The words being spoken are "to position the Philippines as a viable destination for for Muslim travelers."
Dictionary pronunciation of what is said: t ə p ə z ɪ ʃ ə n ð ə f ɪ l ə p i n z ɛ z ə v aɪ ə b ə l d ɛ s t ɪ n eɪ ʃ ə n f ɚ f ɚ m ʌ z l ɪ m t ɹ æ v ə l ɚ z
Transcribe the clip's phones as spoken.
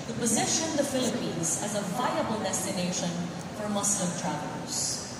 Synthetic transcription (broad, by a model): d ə p ə z ɪ ʃ ə n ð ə f ɪ l ə p i n z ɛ z ə v aɪ ə b ə l d ɛ s t ɪ n eɪ ʃ ə n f f ɚ m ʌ s l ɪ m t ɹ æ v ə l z